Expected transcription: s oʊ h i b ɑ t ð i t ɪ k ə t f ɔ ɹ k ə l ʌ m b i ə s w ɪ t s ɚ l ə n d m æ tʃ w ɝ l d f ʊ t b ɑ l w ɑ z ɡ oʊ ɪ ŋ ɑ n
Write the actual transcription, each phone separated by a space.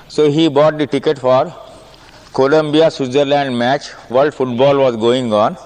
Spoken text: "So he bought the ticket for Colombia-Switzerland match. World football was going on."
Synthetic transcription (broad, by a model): s oʊ h i b ɑ t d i t ɪ k ə t f ɔ ɹ k ə l ʌ m b i ə s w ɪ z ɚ l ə n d m æ tʃ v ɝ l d f ʊ t b ɑ l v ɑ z ɡ oʊ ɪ ŋ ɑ n